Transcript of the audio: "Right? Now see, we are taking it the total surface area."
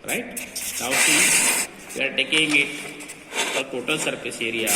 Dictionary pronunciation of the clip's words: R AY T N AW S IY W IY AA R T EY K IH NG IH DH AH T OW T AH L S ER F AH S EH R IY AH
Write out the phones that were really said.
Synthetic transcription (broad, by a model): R AY T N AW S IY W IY AA R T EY K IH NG IH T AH T OW T AH L S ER P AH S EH R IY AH